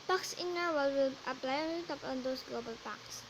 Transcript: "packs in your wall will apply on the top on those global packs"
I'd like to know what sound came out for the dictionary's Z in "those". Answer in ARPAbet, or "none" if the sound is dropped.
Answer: S